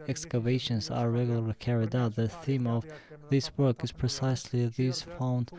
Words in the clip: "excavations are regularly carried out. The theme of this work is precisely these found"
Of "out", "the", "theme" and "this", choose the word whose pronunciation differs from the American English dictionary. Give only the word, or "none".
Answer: none